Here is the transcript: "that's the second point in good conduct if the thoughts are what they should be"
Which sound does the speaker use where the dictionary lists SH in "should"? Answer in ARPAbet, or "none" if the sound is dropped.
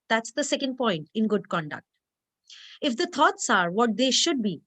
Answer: SH